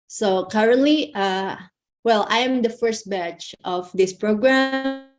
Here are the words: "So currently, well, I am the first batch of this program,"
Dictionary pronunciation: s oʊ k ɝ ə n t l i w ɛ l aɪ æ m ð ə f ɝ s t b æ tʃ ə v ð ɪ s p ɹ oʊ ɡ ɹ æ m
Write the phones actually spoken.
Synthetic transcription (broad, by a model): s oʊ k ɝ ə n t l i w ɛ l aɪ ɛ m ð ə f ɝ s t b æ tʃ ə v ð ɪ s p ɹ oʊ ɡ ɹ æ m